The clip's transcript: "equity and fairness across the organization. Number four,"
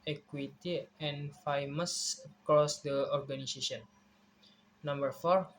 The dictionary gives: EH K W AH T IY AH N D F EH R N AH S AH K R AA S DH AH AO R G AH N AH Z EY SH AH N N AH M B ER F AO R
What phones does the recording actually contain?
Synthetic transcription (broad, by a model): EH K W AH T IY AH N F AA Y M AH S AH K R AA S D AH AO R G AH N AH S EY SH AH N N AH M B ER F AO R